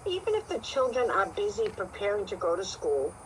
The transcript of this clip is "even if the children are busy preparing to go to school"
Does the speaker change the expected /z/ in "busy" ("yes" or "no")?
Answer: no